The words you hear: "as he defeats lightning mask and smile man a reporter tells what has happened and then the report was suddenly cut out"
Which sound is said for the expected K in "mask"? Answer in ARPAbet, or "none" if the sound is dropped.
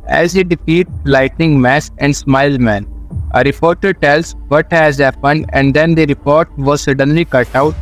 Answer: none